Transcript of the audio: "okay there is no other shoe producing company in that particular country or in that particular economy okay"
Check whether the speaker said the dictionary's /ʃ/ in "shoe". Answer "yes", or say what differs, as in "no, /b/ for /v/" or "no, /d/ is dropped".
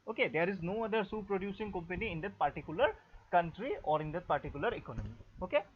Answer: no, /s/ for /ʃ/